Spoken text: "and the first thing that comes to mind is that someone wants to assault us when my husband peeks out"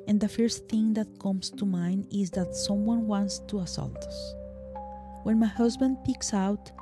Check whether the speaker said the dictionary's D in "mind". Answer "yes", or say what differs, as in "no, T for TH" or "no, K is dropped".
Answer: no, D is dropped